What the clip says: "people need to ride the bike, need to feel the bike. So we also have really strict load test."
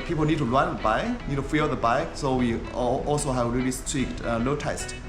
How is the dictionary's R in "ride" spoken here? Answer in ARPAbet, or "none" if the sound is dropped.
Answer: L